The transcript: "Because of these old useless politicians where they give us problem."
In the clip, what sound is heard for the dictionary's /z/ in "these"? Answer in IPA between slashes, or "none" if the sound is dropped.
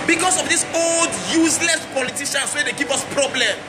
/s/